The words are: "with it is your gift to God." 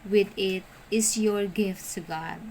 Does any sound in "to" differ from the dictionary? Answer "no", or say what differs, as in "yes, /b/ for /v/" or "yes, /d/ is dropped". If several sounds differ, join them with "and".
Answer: yes, /s/ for /t/